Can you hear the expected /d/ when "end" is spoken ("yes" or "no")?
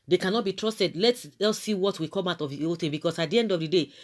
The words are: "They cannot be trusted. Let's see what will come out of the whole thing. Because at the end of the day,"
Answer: yes